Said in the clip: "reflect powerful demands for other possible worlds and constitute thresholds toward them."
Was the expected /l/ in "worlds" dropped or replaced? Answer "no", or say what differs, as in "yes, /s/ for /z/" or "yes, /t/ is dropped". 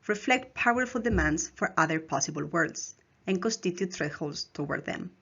yes, /l/ is dropped